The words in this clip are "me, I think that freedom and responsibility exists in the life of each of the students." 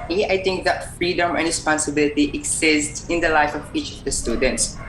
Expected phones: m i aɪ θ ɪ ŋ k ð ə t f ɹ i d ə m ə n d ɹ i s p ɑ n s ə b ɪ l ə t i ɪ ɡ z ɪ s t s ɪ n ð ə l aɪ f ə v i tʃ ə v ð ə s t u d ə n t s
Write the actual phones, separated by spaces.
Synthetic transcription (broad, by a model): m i aɪ t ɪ ŋ k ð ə t f ɹ i d ə m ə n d ɹ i s p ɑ n s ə b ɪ l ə t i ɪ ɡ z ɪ s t ɪ n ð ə l aɪ f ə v i tʃ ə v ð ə s t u d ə n t s